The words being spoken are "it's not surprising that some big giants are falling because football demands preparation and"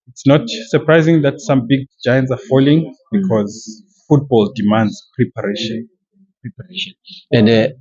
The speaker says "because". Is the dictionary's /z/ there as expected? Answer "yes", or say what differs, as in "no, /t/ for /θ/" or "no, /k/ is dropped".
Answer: yes